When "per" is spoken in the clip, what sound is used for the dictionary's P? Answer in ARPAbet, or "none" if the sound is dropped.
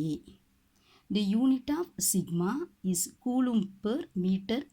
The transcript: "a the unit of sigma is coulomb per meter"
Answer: P